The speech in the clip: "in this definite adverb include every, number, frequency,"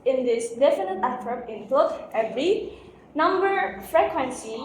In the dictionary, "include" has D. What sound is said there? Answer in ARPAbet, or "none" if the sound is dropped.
none